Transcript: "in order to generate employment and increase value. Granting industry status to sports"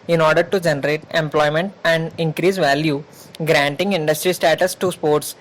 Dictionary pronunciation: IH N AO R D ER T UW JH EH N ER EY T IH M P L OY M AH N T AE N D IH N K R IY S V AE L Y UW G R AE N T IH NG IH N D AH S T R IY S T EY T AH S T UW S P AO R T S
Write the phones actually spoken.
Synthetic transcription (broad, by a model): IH N AO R D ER T UW JH EH N ER EY T IH M P L OY M AH N T AE N D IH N K R IY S V AE L Y UW G R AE N T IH NG IH N D AH S T R IY S T EY T AH S T UW S P AO R T S